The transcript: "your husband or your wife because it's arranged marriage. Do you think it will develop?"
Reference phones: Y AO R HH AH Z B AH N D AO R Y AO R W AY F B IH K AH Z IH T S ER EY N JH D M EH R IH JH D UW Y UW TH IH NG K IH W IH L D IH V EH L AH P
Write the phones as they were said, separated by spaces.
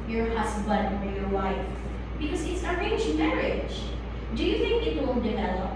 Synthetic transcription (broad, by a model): Y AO R HH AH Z B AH N D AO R Y AO R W AY F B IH K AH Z IH T S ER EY JH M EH R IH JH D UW Y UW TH IH NG K IH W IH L D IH V EH L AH P